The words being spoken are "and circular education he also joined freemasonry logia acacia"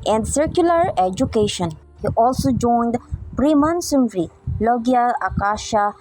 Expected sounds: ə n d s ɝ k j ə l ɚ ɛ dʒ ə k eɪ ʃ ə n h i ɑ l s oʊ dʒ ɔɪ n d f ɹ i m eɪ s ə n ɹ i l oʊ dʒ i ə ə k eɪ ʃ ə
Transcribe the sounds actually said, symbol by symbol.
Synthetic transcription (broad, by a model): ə n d s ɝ k j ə l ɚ ɛ dʒ ə k eɪ ʃ ə n h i ɑ l s oʊ dʒ ɔɪ n d p ɹ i m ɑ s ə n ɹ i l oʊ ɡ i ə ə k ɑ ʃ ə